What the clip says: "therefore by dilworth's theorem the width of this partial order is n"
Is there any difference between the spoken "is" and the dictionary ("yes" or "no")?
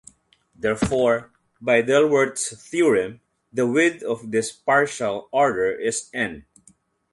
yes